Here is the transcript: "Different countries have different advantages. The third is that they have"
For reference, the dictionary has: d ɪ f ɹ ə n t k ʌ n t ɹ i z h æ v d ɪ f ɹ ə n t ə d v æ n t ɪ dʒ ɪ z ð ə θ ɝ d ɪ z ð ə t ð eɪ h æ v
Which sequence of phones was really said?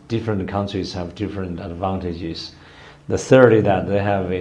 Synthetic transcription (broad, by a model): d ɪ f ɹ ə n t k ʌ n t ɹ i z h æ v d ɪ f ɹ ə n t ə d v æ n t ɪ dʒ ɪ z ð ə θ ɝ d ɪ ð ə t ð eɪ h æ v